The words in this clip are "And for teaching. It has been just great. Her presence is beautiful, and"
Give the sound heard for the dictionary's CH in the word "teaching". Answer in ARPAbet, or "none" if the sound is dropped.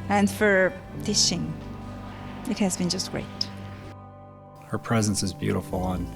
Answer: SH